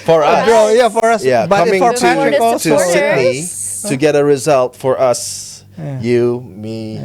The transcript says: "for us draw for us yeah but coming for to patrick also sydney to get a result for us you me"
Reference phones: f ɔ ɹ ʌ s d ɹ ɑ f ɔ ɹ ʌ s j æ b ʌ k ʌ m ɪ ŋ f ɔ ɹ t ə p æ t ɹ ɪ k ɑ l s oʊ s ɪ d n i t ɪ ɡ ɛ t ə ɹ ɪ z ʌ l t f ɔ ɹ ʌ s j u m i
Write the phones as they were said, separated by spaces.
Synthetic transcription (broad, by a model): f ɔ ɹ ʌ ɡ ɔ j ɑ f ɔ ɹ ʌ s j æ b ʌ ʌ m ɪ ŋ f ɔ ɹ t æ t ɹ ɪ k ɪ s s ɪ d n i t ɪ ɡ ɛ t ə ɹ ɪ z ʌ l t f ɔ ɹ ʌ s j u m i